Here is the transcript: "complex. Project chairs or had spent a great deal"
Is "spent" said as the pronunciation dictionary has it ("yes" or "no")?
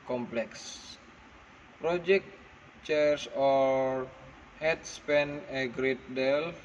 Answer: no